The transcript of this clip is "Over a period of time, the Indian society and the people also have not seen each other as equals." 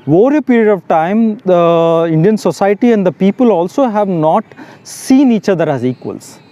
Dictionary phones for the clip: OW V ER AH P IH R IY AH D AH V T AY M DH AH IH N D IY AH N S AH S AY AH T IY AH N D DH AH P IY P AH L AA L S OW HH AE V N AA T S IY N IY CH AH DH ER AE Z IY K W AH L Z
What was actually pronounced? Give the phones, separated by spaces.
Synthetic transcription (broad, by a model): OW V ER AH P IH R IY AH D AH V T AY M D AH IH N D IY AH N S AH S AY AH T IY AH N D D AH P IY P AH L AA L S OW HH AE V N AA T S IY N IY CH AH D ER AE Z IY K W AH L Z